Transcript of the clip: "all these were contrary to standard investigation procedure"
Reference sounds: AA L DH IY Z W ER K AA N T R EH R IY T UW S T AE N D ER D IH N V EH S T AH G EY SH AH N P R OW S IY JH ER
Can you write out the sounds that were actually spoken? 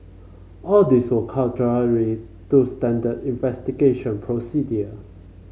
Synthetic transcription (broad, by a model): AA L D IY S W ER K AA T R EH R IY T UW S T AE N D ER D IH N V EH S T AH G EY SH AH N P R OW S IY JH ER